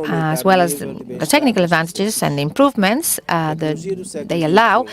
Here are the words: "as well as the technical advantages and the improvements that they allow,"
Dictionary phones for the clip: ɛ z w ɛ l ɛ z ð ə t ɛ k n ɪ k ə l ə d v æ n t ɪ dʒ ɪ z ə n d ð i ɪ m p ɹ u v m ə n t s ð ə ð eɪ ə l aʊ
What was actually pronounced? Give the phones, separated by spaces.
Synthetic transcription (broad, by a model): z w ɛ l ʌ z ð ə t ɛ k n ɪ k ə l ə d v æ n t ɪ dʒ ɪ z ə n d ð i ɪ m p ɹ u v m ə n t s ð ə ð eɪ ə l aʊ